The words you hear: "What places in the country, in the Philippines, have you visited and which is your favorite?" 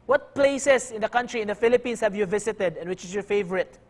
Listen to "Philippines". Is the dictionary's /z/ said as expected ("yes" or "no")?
no